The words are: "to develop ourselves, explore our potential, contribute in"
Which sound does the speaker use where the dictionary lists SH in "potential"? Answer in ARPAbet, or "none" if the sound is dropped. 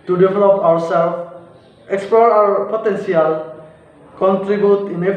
S